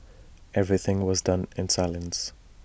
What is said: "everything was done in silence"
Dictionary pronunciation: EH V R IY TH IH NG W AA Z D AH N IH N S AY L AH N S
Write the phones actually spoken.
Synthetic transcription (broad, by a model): EH V R IY TH IH NG W AA Z D AH N IH N S AY L AH N S